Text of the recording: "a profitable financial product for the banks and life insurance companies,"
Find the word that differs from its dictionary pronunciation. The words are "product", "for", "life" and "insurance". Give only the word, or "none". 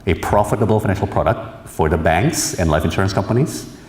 none